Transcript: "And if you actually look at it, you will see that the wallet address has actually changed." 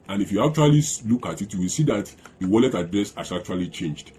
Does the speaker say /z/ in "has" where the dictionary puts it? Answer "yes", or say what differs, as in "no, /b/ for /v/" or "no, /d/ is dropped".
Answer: no, /s/ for /z/